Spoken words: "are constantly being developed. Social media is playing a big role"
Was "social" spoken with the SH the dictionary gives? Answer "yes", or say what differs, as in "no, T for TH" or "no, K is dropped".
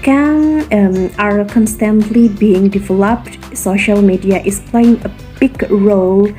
yes